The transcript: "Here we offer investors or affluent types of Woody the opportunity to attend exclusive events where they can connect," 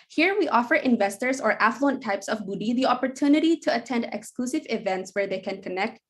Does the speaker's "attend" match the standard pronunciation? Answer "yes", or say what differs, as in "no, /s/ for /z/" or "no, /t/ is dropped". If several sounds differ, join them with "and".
yes